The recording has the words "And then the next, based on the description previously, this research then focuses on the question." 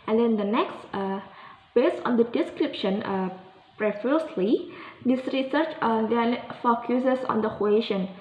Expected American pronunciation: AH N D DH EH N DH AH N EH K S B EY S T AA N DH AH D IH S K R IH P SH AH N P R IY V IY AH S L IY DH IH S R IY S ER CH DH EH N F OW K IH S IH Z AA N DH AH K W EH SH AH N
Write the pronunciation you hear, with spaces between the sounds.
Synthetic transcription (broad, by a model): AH N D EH N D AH N EH K S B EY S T AA N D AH D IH S K R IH P SH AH N P R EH F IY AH S L IY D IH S R IY S ER CH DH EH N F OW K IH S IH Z AA N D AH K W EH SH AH N